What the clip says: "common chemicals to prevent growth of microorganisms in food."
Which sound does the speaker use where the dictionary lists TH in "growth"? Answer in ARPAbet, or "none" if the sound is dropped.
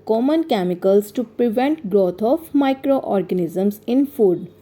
T